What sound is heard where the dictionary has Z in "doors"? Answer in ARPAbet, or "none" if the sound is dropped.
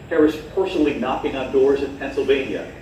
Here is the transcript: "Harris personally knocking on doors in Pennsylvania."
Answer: Z